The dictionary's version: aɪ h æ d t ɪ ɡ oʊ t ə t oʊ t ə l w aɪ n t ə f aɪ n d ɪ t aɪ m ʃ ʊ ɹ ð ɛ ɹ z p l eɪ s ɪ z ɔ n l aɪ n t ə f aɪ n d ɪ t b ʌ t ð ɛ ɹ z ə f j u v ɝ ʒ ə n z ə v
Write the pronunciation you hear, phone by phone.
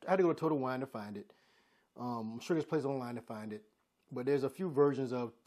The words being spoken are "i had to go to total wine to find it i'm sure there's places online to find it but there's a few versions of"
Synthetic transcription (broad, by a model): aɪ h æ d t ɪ ɡ oʊ t ə t oʊ t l w aɪ n t ə f aɪ n d ɪ t aɪ m ʃ ʊ ɹ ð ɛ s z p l eɪ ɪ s ɔ n l aɪ n t ə f aɪ n d ɪ t b ʌ t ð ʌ ɹ z ə f j u v ɝ ʒ ə n z ə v